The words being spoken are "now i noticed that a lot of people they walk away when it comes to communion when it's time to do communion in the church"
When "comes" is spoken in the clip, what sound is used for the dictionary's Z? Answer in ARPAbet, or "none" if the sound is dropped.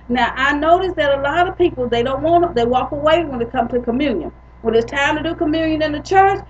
none